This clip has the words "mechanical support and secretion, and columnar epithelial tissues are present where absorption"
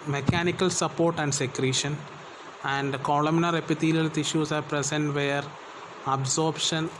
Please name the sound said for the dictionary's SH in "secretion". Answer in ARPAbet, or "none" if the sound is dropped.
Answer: SH